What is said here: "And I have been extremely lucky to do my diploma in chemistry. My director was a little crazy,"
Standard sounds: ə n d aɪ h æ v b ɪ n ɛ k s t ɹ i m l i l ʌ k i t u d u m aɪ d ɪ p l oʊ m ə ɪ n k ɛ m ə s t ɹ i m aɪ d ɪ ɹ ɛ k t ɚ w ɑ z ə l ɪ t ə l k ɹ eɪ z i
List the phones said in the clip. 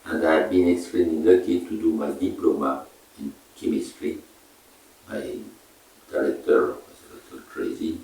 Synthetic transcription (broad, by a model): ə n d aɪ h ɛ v b ɪ n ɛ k s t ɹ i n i n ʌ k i t u d u m aɪ d ɪ p l oʊ m ə ɪ n k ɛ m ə s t ɹ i m aɪ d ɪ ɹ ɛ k t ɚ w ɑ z ə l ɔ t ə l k ɹ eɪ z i